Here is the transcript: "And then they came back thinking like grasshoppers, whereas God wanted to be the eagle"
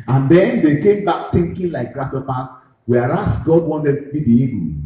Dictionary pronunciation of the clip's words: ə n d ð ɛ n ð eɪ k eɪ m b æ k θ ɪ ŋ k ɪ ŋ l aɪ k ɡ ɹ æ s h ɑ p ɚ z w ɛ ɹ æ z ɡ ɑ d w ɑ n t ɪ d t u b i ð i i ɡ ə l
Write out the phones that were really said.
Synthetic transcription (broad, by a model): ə n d ɛ n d eɪ k eɪ m b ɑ k t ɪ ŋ k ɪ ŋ l aɪ k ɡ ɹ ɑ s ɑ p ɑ s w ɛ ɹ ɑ s ɡ ɑ d w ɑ n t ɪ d t u b i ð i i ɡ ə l